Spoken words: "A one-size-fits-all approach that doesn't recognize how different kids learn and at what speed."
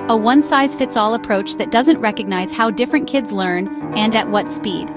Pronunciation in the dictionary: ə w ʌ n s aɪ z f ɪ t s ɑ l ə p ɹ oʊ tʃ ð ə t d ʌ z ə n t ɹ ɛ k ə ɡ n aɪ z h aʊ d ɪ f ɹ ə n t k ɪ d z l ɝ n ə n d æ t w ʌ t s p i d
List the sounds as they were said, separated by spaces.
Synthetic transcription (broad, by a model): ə w ʌ n s aɪ z f ɪ t s ɑ l ə p ɹ oʊ tʃ ð ə t d ʌ z ə n t ɹ ɛ k ə ɡ n aɪ z h aʊ d ɪ f ɹ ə n k ɪ d z l ɝ n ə n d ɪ t w ʌ t s p i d